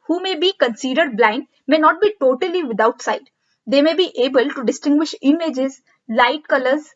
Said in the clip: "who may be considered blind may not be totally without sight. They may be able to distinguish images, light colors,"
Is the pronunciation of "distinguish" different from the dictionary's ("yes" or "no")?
no